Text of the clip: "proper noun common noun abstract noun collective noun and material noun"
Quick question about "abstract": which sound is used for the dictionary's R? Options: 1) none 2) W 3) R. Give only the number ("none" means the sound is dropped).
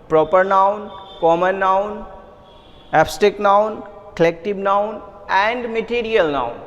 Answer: 1